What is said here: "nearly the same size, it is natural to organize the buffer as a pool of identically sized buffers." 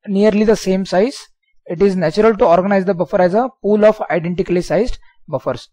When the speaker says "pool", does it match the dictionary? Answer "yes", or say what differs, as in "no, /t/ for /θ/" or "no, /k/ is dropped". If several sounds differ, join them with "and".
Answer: yes